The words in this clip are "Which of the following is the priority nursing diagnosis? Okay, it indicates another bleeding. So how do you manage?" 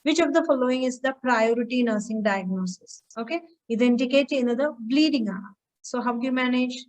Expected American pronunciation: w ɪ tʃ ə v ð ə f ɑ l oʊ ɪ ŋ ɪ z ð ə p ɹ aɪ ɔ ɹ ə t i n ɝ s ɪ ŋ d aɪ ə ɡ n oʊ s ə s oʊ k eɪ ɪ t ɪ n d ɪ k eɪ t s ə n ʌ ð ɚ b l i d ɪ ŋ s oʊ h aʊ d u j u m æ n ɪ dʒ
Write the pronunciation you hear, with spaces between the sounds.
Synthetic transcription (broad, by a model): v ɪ tʃ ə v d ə f ɑ l oʊ ɪ ŋ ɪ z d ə p ɹ aɪ ɔ ɹ ə t i n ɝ s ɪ ŋ d aɪ ə ɡ n oʊ s ə s oʊ k eɪ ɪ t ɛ n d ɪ k eɪ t ə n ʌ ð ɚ b l i d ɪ ŋ s oʊ h aʊ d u j u m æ n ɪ dʒ